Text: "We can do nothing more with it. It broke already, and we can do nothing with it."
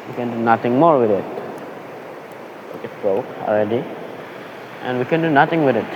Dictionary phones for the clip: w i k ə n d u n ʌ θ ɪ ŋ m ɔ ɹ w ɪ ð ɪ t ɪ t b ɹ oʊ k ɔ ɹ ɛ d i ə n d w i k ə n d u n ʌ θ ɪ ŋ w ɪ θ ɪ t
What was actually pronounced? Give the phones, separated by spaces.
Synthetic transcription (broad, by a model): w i k ə n d u n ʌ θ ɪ ŋ m ɔ ɹ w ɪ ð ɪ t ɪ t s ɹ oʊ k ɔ l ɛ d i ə n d w i k ə n d u n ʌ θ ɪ ŋ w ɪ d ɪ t